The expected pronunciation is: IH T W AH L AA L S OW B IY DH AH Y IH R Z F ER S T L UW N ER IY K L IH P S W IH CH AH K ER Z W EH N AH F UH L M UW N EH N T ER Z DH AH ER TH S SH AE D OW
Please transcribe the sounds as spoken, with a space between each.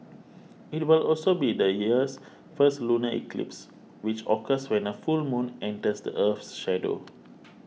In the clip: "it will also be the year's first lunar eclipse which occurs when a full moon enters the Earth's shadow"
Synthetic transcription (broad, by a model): IH T W AH L AA L S OW B IY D AH Y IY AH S F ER S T L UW N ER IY K L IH P S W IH CH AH K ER S W EH N AH F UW L M UW N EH N T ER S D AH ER F S SH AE D OW